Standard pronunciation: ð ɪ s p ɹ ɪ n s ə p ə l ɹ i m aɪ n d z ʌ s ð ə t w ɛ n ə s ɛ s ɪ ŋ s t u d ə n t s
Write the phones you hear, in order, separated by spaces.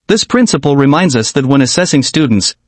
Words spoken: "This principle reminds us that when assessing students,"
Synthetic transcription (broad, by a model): ð ɪ s p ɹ ɪ n s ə p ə l ɹ i m aɪ n d z ʌ s ð ə t w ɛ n ə s ɛ s ɪ ŋ s t u d n t s